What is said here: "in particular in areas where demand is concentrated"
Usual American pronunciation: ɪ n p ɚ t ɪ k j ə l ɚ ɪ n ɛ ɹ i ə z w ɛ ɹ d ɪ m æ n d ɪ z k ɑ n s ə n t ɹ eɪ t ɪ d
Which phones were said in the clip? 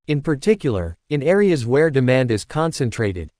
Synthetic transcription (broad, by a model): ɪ n p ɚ t ɪ k j l ɚ ɪ n ɛ ɹ i ə z w ɛ ɹ d ɪ m æ n d ɪ z k ɑ n s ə n t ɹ eɪ t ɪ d